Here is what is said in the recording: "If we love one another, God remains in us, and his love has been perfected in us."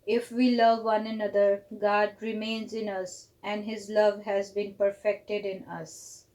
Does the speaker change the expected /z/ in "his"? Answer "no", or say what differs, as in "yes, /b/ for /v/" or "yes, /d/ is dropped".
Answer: no